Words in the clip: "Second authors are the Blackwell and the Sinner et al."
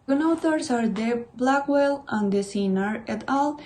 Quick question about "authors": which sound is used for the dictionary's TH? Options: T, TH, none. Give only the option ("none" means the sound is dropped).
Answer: T